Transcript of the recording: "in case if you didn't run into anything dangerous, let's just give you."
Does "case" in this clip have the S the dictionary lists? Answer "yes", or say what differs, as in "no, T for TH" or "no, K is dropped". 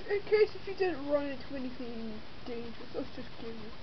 yes